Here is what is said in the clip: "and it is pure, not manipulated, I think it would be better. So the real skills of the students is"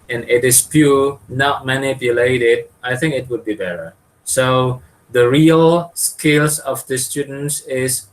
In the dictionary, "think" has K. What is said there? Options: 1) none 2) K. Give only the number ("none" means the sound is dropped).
2